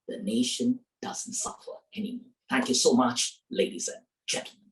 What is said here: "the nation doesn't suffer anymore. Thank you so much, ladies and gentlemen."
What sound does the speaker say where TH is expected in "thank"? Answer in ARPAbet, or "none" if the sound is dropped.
TH